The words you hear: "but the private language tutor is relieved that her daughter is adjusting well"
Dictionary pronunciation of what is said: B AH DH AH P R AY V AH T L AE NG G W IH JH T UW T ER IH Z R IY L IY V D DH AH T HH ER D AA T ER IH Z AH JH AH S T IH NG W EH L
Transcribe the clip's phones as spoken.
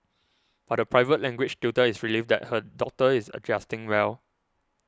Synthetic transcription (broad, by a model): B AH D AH P R AY V AH T L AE NG G W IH CH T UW T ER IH S R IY L IY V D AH T HH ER D AA T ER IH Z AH JH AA S T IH NG W EH L